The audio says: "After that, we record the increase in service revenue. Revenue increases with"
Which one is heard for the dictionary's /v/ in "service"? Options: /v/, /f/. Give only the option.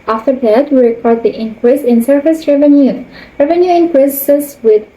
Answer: /f/